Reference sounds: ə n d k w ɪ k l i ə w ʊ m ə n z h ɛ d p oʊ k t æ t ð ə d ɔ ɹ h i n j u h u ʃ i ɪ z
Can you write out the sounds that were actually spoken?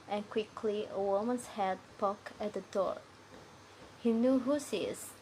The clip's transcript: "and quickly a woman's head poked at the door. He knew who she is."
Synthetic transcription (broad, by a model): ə n k w ɪ k l i ə w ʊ m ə n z h ɛ d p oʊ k æ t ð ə d ɔ ɹ h i n j u h u s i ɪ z